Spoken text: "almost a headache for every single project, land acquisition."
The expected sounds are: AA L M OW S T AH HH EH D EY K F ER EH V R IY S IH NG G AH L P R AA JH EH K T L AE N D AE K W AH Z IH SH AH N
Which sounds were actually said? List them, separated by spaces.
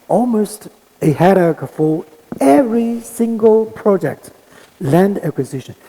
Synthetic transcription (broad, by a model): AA L M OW S T AH HH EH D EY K F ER EH V R IY S IH NG G AH L P R AA JH EH K T L AE N D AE K W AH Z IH SH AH N